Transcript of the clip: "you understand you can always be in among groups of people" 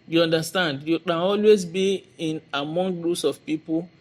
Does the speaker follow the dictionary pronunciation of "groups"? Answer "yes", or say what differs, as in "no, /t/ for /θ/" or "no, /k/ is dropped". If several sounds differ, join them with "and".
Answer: no, /p/ is dropped